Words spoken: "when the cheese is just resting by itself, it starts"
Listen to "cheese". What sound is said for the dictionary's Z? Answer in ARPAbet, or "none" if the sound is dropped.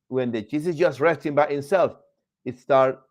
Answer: S